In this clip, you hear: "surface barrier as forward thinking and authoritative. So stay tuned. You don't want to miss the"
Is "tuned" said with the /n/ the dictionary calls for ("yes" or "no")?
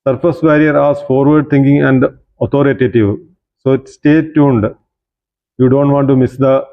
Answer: yes